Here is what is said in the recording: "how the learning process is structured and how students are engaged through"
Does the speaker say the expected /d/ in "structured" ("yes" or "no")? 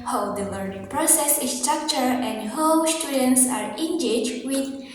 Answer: no